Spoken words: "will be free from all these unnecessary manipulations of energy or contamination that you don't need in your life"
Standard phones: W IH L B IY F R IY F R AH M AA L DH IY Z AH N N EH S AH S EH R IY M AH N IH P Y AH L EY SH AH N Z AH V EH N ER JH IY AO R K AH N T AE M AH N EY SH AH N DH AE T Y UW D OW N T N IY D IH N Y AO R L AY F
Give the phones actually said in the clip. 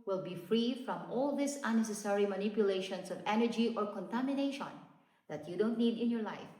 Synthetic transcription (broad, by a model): W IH L B IY F R IY F R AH M AA L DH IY S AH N N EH S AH S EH R IY M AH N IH P Y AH L EY SH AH N S AH V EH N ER JH IY AO R K AH N T AE M AH N EY SH AH N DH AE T Y UW D OW N T N IY D IH N Y AO R L AY F